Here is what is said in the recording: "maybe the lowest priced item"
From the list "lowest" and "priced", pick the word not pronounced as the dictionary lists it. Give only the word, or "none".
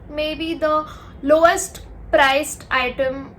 none